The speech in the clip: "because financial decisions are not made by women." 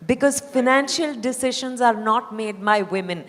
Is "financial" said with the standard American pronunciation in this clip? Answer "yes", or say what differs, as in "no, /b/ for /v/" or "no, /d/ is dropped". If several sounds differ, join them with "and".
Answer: yes